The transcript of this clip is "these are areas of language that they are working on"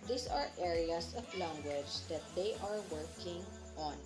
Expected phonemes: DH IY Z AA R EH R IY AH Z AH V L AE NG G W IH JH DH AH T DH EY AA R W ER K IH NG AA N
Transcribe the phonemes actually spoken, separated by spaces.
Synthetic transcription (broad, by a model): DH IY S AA R EH R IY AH S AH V L AE NG G W IH JH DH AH T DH EY AA R W ER K IH NG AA N